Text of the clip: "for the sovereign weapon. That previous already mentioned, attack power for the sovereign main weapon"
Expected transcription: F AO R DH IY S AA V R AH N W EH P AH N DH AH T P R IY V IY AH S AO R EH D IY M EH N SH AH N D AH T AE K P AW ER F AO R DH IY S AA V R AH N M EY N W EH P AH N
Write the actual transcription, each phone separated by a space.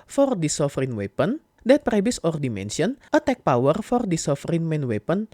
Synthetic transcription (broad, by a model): F AO R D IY S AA F R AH N W EH P AH N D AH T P R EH B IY S AO R D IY M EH N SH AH N AH T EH K P AW ER F AO R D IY S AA F R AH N M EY N W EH P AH N